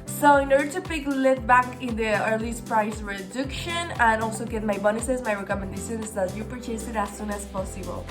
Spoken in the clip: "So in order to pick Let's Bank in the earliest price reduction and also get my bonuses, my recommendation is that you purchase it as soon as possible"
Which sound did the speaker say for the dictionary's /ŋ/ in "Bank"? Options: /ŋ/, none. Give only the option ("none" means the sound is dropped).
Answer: none